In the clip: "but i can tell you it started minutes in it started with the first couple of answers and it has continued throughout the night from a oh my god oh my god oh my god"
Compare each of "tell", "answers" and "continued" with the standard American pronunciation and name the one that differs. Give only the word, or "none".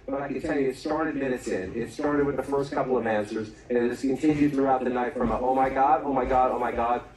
none